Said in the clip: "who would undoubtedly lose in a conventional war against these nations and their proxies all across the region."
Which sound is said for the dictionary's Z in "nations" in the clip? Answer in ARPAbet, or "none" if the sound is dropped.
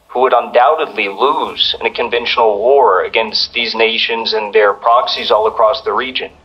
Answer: Z